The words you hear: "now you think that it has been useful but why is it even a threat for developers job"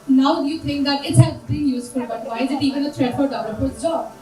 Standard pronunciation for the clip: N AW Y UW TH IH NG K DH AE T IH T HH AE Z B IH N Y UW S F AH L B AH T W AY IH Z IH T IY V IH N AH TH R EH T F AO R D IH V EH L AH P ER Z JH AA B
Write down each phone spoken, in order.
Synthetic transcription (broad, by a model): N AW Y UW T IH NG K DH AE T IH T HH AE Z B IH N Y UW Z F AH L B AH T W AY IH Z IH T IY V IH N AH T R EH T F AO R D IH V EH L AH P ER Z JH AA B